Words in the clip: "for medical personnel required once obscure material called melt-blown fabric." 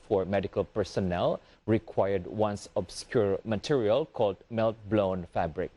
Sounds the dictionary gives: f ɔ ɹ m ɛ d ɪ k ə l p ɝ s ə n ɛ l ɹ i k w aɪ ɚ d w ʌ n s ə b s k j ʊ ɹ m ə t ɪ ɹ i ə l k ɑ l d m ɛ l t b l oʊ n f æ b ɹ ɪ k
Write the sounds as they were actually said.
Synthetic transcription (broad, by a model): f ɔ ɹ m ɛ d ɪ k ə l p ɝ s ə n ɛ l ɹ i k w aɪ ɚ d w ʌ n s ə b s k j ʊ ɹ m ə t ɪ ɹ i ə l k ɑ l d m ɛ l t b l oʊ n f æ b ɹ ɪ k